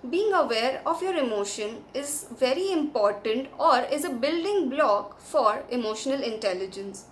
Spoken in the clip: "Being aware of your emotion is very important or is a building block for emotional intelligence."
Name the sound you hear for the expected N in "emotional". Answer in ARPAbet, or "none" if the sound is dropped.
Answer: N